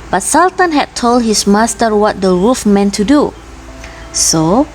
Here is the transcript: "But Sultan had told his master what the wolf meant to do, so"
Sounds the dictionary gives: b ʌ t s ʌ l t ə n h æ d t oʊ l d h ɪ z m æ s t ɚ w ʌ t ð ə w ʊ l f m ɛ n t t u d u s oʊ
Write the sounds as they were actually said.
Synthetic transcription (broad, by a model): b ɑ t s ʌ l t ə n h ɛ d t oʊ l d h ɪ s m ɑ s t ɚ w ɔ t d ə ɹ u f m ɛ n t t u d u s oʊ